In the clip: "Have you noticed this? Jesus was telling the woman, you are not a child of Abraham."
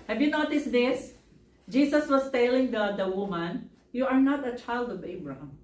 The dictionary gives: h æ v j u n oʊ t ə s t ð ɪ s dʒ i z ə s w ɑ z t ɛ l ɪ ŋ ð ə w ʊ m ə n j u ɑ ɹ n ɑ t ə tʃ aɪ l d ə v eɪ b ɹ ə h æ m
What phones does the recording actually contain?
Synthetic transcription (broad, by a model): h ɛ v j u n oʊ t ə s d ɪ s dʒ i s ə s w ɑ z t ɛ l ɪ ŋ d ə w ʊ m ə n j u ɑ ɹ n ɑ t ə tʃ aɪ l d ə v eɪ b ɹ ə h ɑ m